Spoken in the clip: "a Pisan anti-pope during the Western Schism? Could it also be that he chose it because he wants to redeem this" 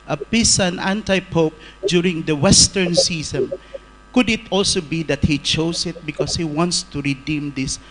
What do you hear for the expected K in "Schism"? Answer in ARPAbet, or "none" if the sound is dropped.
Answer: none